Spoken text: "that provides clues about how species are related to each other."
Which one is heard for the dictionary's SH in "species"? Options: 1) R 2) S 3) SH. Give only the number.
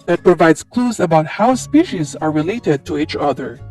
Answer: 3